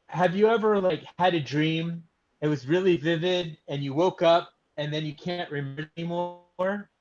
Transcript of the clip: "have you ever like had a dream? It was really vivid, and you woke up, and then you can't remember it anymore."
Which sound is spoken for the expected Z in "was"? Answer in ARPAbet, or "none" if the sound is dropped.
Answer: Z